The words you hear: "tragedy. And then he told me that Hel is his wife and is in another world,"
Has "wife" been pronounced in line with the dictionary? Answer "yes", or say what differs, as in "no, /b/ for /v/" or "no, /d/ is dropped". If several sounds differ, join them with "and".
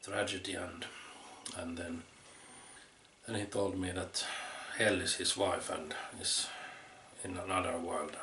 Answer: yes